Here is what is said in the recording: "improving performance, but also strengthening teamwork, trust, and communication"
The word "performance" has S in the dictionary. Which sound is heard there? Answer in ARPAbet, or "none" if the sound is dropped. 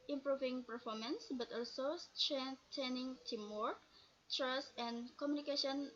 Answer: S